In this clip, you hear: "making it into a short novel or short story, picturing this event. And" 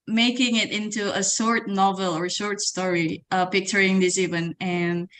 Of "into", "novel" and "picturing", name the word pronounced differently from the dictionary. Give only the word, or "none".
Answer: none